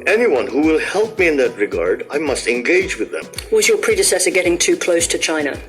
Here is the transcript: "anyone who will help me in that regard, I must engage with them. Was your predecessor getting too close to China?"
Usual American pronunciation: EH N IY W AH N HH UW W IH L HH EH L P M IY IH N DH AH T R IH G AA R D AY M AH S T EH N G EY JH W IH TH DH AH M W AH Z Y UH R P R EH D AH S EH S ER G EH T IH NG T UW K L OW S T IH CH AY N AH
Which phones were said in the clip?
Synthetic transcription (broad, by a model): EH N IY W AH N HH UW W IH L HH EH L P M IY IH N DH AH T R IH G AA R D AY M AH S T EH N G EY JH W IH DH AH M W AH Z Y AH R P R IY D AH S EH S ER G EH T IH NG T UW K L OW S T IH CH AY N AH